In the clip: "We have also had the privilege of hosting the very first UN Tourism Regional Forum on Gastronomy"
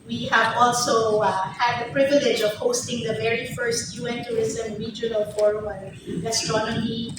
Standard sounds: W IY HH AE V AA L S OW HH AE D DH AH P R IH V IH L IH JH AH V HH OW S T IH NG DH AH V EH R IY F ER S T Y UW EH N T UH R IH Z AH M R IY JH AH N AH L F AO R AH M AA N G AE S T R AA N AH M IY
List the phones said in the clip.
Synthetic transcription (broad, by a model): W IY HH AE V AA L S OW HH AE D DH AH P R IH V IH L IH JH AH V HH OW S T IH NG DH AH V EH R IY F ER S T Y UW EH N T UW IH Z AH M R IY JH AH N AH L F AO R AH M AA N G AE S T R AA N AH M IY